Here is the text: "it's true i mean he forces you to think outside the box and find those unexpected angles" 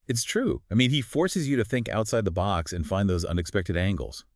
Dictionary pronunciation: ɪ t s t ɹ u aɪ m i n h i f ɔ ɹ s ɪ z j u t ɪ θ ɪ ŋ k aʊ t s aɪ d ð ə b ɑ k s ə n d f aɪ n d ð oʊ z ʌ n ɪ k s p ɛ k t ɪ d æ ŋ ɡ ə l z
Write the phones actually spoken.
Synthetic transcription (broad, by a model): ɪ t s t ɹ u aɪ m i n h i f ɔ ɹ s ɪ z j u t ɪ θ ɪ ŋ k aʊ t s aɪ d ð ə b ɑ k s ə n f aɪ n ð oʊ z ʌ n ɪ k s p ɛ k t ɪ d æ ŋ ɡ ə l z